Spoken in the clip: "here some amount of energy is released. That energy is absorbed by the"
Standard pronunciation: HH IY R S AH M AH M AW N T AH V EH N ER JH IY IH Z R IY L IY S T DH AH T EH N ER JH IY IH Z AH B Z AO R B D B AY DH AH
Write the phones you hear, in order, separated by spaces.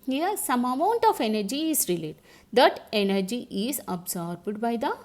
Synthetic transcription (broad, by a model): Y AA S AH M AH M AW N T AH F EH N ER JH IY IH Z R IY L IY T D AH T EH N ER JH IY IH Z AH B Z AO R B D B AY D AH